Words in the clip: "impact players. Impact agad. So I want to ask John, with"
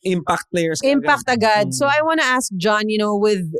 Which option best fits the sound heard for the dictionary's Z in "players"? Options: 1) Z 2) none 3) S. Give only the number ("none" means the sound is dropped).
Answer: 3